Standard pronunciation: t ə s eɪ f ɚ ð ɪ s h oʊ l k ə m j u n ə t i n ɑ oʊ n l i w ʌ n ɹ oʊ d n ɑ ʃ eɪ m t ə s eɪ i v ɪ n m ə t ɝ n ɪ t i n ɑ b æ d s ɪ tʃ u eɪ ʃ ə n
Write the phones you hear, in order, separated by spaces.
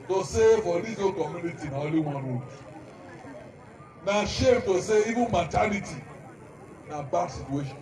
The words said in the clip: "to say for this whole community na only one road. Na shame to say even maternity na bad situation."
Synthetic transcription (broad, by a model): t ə s eɪ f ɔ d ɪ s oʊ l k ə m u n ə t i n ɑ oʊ l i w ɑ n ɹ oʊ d n ɑ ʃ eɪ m t ə s eɪ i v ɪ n m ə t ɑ l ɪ t i n ɑ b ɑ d s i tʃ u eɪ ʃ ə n